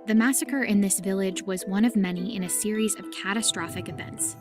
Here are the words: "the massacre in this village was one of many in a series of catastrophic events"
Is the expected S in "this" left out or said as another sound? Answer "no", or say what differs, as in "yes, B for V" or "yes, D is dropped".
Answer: no